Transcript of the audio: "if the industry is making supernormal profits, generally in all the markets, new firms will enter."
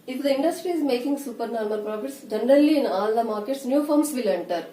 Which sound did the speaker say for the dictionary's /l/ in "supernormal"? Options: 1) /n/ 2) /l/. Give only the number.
1